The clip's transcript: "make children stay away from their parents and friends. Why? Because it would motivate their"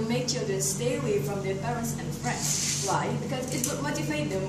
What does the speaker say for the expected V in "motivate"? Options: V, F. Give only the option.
F